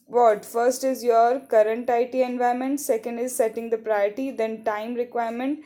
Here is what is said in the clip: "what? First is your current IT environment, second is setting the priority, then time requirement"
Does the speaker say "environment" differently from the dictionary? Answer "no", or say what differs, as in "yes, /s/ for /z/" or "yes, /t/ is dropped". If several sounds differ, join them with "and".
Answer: yes, /ɹ/ is dropped